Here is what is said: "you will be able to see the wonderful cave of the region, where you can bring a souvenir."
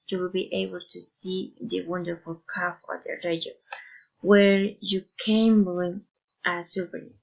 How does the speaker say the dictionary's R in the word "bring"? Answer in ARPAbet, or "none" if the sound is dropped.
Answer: L